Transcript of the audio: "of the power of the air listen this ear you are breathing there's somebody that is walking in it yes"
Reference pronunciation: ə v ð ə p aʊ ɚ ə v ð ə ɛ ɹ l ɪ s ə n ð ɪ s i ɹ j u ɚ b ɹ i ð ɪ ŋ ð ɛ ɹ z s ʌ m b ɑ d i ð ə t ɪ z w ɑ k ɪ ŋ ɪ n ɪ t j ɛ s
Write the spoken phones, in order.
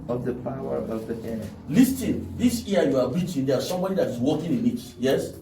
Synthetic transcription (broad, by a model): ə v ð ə p aʊ ɚ ə v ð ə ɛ l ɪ s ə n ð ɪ s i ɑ j u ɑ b i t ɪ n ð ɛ s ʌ m b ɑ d i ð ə t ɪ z w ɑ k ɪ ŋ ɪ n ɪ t j ɛ s